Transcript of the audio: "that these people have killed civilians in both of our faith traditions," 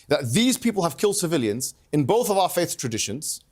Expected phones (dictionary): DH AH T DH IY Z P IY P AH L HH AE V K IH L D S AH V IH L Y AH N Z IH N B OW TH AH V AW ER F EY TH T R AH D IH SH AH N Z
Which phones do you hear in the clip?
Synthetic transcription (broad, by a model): DH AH T DH IY Z P IY P AH L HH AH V K IH L D S AH V IH L Y AH N Z IH N B OW TH AH V AW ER F EY TH T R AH D IH SH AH N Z